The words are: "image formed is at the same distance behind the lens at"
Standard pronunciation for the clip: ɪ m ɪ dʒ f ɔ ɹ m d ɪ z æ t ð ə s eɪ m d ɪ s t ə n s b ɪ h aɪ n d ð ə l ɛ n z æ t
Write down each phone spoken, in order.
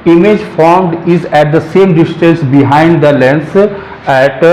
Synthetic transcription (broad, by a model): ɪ m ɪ dʒ f ɔ ɹ m d ɪ z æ t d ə s eɪ m d ɪ s t ə n s b ɪ h aɪ n d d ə l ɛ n s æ t